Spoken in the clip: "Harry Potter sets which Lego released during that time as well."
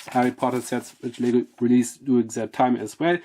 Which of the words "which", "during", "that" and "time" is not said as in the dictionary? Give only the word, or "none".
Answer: during